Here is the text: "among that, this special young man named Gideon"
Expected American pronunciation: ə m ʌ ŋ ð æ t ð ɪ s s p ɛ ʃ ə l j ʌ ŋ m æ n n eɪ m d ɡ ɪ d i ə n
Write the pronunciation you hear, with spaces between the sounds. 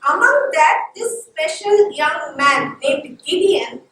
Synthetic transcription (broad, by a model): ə m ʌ ŋ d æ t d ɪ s s p ɛ ʃ ə l j ʌ ŋ m æ n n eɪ d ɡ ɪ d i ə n